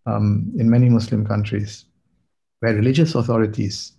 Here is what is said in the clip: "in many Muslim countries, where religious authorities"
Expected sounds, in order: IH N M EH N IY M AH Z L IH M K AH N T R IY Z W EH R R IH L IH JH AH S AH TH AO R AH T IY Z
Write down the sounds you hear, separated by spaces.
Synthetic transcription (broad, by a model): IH N M EH N IY M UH S L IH M K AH N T R IY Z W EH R R IH L IH JH AH S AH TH AO R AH T IY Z